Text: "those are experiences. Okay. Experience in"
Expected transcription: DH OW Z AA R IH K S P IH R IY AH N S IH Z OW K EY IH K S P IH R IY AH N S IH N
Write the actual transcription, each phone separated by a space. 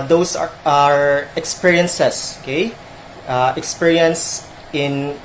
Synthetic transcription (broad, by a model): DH OW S AA R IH K S P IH R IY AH N S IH S OW K EY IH K S P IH R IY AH N S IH N